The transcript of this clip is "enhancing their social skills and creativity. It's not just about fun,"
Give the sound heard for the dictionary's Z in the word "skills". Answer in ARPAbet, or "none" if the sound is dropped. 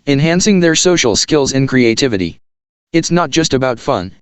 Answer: Z